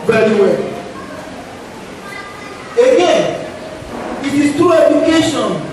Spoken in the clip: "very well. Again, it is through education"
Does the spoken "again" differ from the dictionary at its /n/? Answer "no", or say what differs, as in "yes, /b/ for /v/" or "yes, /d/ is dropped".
yes, /n/ is dropped